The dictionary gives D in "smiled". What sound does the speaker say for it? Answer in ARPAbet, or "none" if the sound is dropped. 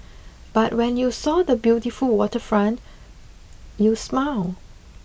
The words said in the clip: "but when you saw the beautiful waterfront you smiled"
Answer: none